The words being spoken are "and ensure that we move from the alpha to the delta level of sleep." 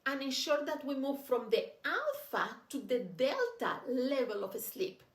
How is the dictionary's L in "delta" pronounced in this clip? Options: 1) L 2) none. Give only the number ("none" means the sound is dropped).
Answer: 1